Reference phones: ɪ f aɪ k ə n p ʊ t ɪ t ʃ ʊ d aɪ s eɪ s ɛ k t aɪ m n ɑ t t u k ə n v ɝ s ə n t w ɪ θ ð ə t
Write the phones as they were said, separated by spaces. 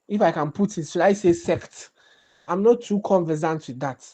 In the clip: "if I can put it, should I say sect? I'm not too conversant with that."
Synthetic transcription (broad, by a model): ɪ f aɪ k ə n p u t ɪ t s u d aɪ s eɪ s ɛ k t aɪ m n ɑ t t u k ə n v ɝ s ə n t w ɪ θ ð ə t